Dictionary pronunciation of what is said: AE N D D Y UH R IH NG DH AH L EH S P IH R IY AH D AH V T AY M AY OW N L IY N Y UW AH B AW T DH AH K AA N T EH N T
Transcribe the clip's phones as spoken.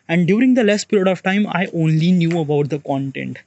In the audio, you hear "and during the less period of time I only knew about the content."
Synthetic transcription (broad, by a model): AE N D D Y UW R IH NG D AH L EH S P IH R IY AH D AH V T AY M AY OW N L IY N Y UW AH B AW T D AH K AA N T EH N T